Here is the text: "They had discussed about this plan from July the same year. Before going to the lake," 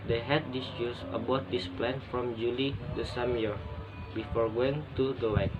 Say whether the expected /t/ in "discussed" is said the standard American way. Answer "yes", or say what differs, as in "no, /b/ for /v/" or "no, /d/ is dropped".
no, /t/ is dropped